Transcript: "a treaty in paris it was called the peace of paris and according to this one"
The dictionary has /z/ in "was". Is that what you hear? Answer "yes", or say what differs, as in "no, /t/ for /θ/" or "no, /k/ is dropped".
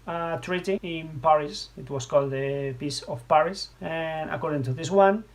no, /s/ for /z/